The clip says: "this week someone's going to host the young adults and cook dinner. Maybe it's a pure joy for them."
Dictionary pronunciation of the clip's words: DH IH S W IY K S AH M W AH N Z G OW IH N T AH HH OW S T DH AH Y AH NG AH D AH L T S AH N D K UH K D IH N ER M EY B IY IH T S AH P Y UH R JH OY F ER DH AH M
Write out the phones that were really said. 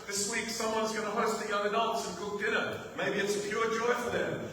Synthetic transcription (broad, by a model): DH IH S W IY K S AH M W AH N Z G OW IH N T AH HH OW S T DH AH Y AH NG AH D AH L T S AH N K UH K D IH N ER M EY B IY IH T S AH P Y UH R JH OY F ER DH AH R